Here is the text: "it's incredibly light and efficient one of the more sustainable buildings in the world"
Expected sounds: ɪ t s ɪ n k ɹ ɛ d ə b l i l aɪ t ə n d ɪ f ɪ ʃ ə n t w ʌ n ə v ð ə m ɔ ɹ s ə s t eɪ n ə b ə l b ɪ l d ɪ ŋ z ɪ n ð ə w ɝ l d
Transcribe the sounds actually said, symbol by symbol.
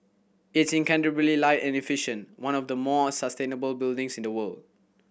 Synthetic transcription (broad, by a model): ɪ t s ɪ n k ɛ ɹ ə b l i l aɪ t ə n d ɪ f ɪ ʃ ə n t w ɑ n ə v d ə m ɔ s ə s t eɪ n ə b ə l b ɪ l d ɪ ŋ s ɪ n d ə w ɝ l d